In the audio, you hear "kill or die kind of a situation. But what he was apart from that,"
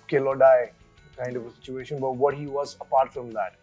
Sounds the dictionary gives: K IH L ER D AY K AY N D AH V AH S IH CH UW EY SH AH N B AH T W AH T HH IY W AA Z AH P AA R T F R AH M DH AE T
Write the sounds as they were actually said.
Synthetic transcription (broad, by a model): K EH L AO D AY K AY N D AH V AH S IH CH UW EY SH AH N B AH T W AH T HH IY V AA Z AH P AA R T F R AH M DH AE T